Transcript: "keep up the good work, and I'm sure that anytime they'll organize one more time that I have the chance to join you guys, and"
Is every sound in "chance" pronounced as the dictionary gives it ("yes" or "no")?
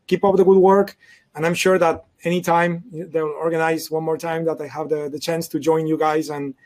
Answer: yes